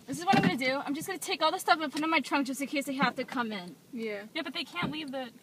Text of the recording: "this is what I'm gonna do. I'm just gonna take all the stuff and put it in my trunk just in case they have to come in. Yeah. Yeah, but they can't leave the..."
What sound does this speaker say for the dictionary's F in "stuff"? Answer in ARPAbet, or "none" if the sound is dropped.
F